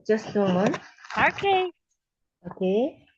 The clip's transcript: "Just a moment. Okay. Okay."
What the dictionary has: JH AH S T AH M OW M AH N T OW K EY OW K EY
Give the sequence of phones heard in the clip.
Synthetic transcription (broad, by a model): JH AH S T AH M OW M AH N OW K EY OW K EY